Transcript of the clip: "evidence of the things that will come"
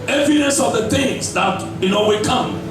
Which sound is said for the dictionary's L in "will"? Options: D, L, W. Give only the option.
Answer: W